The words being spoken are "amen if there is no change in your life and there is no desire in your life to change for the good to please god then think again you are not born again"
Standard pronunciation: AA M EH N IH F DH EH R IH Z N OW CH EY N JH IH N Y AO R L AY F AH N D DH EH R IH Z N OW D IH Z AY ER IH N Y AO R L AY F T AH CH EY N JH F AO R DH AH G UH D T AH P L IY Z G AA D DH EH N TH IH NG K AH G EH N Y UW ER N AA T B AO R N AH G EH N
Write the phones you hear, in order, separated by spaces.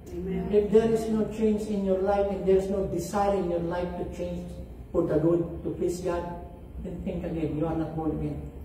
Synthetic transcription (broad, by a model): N IH F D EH R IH S N OW CH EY N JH IH N Y AO R L AY F AH N D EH R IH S N OW D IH S AY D IH N Y AO R L AY F T AH CH EY N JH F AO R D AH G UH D T AH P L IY S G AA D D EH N T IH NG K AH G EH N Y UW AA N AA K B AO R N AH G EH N